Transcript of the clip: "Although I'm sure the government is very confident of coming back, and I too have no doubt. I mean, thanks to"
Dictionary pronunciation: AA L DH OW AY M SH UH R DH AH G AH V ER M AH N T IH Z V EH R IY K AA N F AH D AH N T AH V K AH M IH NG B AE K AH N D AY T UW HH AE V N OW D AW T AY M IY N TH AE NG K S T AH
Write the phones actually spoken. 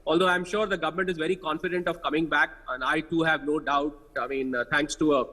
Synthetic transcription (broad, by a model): AA L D OW AY M SH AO R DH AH G AH V ER M AH N T IH Z V EH R IY K AA N F AH D AH N T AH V K AH M IH NG B AE K AH N D AY T UW HH AE V N OW D AW T AY M IY N T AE NG K S T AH